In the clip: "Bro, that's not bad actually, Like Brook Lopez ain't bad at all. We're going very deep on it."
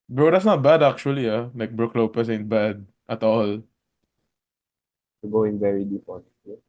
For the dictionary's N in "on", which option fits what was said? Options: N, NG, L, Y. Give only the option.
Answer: L